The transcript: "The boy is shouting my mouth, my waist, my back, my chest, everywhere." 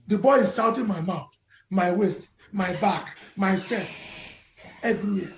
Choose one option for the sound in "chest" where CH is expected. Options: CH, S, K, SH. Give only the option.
S